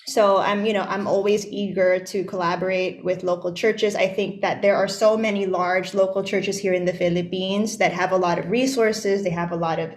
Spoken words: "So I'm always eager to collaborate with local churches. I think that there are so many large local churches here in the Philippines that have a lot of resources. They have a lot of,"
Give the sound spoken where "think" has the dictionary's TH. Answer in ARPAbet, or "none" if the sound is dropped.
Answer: TH